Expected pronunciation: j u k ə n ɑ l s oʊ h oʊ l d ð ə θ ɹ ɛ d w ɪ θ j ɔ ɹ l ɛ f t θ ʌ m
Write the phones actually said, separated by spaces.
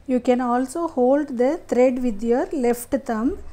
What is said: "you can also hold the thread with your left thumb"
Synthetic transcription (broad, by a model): j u k ə n ɑ l s oʊ h oʊ l d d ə t ɹ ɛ d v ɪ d j ɔ ɹ l ɛ f t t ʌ m